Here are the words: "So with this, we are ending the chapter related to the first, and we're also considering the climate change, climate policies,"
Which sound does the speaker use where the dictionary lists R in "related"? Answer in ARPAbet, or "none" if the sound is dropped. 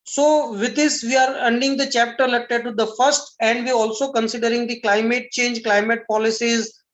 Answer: L